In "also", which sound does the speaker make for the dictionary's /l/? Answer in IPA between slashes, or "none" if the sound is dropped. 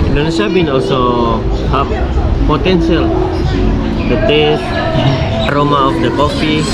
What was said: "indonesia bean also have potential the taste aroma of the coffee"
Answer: /l/